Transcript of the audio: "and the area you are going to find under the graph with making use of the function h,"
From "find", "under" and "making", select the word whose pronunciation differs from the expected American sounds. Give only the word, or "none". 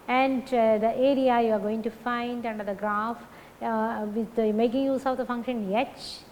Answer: none